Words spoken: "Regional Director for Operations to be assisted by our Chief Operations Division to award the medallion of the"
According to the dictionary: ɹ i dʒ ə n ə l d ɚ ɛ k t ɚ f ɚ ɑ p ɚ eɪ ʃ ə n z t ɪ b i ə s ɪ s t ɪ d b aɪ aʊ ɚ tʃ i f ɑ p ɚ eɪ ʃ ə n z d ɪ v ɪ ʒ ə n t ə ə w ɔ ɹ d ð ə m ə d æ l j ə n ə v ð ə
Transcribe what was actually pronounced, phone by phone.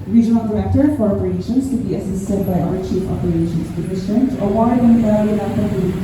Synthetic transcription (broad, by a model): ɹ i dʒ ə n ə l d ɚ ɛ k t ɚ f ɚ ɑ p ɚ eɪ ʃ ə n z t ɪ b i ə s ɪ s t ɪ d b aɪ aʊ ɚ tʃ i f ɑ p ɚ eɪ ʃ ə n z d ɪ ɪ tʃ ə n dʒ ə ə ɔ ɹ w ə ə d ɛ n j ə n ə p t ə